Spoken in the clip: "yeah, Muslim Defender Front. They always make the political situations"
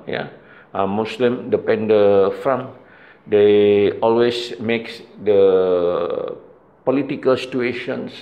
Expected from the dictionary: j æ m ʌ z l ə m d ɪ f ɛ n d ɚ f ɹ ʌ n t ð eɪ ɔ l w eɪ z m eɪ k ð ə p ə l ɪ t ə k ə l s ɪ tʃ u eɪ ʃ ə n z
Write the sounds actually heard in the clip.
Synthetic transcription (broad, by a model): j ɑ m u s l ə m d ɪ p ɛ n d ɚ f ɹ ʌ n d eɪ ɔ l w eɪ s m eɪ k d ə p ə l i t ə k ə l s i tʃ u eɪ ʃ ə n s